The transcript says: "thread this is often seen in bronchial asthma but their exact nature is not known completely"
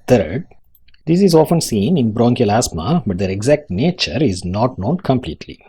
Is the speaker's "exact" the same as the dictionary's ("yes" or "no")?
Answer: yes